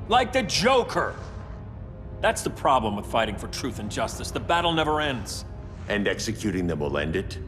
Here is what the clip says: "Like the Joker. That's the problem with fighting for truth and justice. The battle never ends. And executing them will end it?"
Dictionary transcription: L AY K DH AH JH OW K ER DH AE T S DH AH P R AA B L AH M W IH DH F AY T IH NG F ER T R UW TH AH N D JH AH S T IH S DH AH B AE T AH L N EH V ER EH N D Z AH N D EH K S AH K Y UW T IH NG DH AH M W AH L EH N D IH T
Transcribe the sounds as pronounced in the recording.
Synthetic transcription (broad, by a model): L AY K DH AH JH OW K ER DH AE T S DH AH P R AA B L AH M W IH DH F AY T IH NG F ER T R UW TH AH N JH AH S T IH S DH AH B AE T L N EH V ER EH N D Z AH N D EH K S AH K Y UW T IH NG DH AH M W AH L EH N D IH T